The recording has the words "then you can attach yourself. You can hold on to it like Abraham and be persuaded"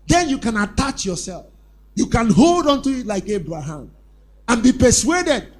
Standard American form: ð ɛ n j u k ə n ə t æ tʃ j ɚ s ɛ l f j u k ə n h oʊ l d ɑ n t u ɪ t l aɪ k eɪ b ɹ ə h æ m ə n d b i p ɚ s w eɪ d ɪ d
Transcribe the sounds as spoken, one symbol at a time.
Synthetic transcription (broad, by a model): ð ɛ n j u k ə n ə t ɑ tʃ j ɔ s ɛ l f j u k ə n h oʊ l d ɑ n t u ɪ t l aɪ k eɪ b ɹ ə h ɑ m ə n b i p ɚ s w eɪ d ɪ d